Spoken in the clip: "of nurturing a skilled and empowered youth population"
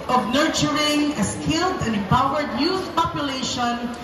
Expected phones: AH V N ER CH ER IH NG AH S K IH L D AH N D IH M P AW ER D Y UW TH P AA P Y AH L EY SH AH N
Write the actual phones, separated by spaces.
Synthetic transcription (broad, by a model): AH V N ER CH ER IH NG AH S K IH L D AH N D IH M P AW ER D Y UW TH P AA P Y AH L EY SH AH N